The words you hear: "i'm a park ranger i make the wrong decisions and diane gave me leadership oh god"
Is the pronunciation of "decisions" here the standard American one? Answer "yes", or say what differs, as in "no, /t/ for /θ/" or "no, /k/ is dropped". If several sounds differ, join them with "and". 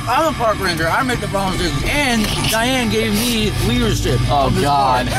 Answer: no, /n/ is dropped